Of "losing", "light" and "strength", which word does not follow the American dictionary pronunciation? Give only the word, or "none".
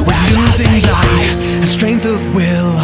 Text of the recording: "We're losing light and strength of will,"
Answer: light